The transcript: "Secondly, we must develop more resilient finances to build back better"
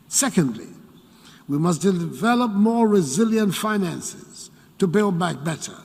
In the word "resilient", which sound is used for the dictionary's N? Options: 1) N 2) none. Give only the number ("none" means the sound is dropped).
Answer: 1